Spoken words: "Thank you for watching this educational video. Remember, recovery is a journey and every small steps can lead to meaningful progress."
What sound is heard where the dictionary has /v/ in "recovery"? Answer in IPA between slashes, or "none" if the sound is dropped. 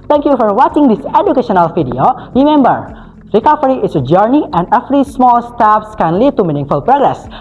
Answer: /f/